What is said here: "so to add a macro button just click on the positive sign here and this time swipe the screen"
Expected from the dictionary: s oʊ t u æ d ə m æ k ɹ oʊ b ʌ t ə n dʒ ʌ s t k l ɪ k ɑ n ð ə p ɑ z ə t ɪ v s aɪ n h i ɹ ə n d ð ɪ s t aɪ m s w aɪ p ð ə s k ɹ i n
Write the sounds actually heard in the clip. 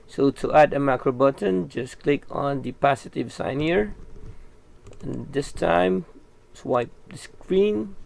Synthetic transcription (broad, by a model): s oʊ t u æ d ə m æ k ɹ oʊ b ʌ t ə n dʒ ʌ s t k l ɪ k ɑ n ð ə p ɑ s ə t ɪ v s aɪ n h i ɹ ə n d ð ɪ s t aɪ m s w aɪ p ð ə s k ɹ i n